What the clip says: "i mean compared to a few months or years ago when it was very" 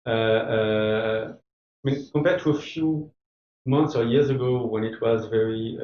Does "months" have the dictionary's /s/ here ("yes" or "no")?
yes